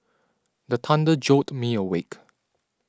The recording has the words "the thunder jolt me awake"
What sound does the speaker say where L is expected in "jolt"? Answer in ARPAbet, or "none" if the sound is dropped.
none